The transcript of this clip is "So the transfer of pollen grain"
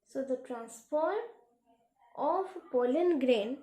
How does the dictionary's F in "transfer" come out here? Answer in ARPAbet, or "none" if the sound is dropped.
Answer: P